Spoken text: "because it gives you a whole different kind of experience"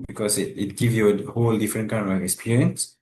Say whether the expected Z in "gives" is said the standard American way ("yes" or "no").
no